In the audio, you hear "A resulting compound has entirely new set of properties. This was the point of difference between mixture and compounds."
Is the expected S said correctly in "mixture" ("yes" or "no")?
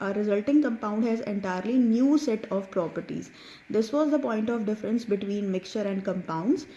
yes